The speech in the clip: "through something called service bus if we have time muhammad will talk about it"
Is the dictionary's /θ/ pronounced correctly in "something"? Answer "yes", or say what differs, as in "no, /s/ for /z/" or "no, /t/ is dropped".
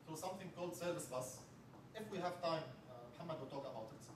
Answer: yes